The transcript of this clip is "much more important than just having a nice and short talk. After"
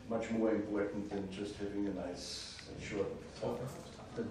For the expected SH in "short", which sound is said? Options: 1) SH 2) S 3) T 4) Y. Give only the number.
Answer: 1